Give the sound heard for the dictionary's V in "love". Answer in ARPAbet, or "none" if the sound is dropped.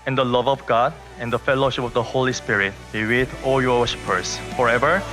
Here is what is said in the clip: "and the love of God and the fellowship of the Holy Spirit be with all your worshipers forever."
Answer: V